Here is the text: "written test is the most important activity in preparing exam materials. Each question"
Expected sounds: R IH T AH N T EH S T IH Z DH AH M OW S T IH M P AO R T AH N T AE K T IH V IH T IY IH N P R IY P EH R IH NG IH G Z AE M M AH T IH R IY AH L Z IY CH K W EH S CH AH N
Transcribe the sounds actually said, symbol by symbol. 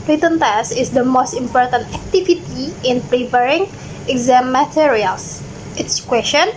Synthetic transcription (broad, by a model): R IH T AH N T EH S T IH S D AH M OW S T IH M P AO R T AH N T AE K T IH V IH T IY IH N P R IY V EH R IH NG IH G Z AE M M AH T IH R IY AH L S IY S K W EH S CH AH N